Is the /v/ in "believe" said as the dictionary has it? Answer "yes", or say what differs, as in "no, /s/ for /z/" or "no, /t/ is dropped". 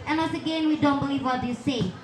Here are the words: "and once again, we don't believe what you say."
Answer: yes